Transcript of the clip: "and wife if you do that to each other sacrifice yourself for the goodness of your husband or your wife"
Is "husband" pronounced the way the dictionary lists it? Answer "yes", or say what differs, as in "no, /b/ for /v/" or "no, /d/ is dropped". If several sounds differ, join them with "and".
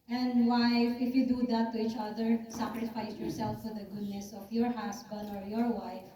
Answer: no, /s/ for /z/